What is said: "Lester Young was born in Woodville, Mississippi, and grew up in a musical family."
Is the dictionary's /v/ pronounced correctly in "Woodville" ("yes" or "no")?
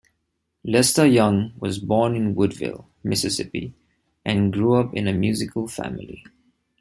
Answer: yes